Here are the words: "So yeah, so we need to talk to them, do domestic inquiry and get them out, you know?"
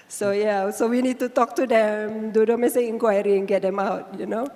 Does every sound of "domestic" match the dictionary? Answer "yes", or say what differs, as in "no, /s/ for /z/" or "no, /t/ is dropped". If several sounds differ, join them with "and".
no, /k/ is dropped